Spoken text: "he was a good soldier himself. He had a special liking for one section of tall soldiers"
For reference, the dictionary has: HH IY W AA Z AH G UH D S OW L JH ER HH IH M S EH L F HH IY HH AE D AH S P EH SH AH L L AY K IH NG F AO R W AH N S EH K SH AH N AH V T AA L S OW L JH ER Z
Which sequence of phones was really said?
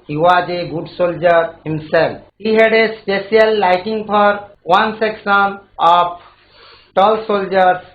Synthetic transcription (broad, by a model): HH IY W AA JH AH G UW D S OW L JH ER HH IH M S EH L P HH IY HH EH D AH S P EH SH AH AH L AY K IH NG P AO R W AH N S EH K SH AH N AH P T AA L S OW L JH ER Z